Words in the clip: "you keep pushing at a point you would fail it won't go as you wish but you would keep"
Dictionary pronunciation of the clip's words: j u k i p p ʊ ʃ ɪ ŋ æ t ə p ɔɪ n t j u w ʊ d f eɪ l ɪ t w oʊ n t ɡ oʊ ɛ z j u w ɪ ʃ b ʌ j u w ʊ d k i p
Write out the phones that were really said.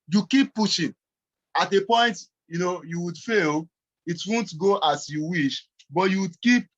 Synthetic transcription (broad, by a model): j u k i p p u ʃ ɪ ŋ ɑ t ə p ɔɪ n t j u w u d f eɪ l ɪ t w oʊ n t ɡ oʊ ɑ s j u w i ʃ b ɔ j u w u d k i p